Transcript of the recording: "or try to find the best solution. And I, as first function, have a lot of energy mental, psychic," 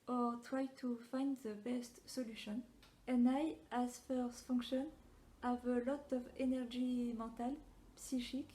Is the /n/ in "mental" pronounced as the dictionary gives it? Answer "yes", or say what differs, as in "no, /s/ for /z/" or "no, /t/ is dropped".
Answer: no, /n/ is dropped